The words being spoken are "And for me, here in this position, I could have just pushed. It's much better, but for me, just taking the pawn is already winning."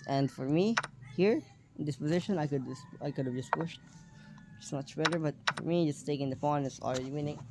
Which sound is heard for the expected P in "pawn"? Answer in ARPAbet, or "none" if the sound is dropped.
F